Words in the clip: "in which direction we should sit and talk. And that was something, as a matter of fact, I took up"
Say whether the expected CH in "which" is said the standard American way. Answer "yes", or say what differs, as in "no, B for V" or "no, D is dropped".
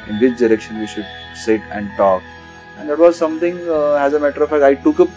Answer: no, S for CH